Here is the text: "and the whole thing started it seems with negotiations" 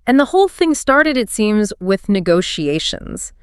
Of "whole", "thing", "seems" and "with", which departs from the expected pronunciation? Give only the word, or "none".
none